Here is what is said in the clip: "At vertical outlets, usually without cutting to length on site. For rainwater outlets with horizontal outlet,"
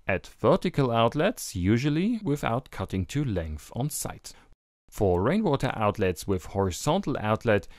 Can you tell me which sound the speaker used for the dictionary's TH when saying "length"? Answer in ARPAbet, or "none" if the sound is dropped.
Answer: TH